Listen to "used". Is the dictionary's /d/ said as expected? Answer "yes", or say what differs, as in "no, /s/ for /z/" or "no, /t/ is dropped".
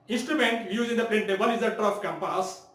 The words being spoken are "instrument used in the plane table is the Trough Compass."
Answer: no, /d/ is dropped